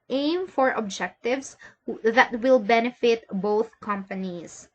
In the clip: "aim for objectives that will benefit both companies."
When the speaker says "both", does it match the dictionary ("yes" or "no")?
yes